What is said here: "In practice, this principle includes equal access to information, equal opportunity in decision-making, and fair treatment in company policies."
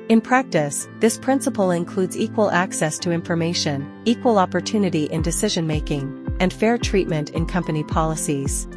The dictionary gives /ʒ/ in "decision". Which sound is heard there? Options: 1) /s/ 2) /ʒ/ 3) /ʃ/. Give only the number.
2